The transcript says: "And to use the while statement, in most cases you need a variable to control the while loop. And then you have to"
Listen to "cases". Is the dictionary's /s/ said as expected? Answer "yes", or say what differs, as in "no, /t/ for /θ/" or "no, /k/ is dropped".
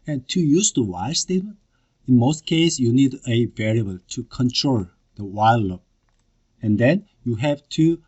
no, /s/ is dropped